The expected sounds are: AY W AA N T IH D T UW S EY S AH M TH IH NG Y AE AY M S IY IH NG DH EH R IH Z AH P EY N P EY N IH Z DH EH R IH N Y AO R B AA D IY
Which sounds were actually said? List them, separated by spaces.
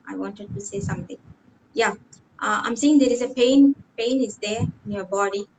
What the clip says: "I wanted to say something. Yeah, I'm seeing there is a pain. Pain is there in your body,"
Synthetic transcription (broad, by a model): AY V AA N T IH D T UW S EY S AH M T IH NG Y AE AY M S IY IH NG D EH R IH Z AH P EY N P EY N IH Z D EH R IH N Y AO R B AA D IY